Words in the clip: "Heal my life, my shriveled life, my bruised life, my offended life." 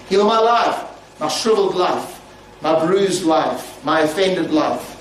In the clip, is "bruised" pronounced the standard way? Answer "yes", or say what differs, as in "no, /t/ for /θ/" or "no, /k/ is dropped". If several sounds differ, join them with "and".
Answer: yes